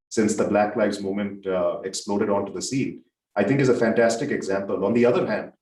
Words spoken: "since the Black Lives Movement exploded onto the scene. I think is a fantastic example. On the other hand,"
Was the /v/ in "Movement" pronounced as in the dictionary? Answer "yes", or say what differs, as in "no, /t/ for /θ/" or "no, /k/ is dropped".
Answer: no, /v/ is dropped